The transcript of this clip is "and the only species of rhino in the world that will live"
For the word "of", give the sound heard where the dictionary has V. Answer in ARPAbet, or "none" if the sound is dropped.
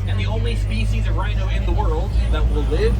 V